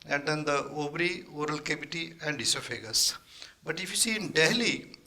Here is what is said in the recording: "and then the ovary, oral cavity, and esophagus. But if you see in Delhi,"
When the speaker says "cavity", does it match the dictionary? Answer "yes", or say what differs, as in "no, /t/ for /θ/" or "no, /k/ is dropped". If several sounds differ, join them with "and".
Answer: no, /b/ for /v/